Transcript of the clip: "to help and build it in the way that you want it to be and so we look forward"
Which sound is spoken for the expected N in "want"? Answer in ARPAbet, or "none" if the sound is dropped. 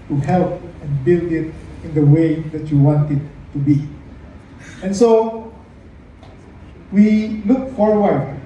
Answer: N